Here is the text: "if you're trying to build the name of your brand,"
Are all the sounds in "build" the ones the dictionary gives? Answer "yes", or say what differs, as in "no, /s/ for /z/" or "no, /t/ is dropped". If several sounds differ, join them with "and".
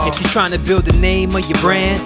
yes